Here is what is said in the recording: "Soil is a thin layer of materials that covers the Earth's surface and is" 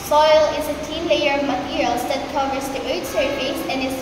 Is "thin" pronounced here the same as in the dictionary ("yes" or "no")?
no